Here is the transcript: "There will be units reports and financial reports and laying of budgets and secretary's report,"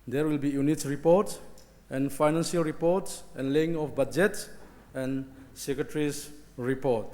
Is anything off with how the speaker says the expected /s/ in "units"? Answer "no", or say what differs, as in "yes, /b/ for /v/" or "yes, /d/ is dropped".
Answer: yes, /s/ is dropped